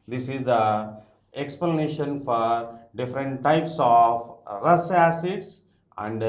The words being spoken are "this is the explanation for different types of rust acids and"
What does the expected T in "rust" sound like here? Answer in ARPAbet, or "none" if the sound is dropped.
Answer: none